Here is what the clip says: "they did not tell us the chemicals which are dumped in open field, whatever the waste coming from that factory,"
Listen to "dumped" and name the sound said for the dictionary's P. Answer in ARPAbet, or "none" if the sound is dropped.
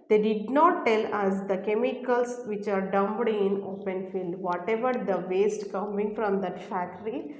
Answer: B